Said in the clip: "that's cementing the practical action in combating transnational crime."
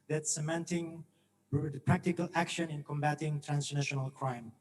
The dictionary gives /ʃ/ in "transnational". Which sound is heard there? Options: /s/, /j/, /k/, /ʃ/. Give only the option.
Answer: /ʃ/